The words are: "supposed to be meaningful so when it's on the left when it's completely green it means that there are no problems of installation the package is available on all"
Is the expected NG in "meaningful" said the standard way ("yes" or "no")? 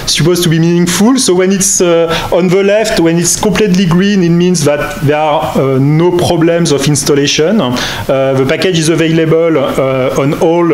yes